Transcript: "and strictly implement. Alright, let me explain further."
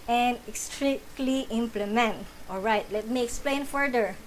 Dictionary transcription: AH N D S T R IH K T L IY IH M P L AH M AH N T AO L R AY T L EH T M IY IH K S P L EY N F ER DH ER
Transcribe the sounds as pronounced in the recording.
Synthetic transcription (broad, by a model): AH N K S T R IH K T L IY IH M P L AH M AH N T AO L R AY T L EH T M IY IH K S P L EY N F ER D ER